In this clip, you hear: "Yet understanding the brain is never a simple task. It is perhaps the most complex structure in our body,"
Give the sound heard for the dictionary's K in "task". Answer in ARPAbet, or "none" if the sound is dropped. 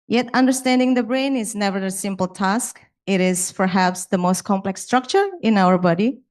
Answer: K